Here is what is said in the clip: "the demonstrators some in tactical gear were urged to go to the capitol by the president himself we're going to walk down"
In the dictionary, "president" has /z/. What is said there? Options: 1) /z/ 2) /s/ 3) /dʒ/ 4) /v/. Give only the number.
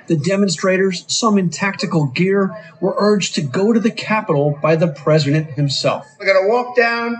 1